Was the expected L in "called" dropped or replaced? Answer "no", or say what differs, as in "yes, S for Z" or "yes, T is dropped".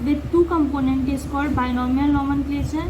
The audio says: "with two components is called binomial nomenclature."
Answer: yes, L is dropped